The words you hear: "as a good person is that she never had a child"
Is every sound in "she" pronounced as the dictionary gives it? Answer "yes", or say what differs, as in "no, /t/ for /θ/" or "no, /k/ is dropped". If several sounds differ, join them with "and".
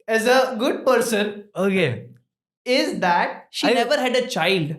yes